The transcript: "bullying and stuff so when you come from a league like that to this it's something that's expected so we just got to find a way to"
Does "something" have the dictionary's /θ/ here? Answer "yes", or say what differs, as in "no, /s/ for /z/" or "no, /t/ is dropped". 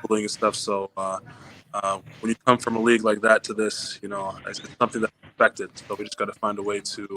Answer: yes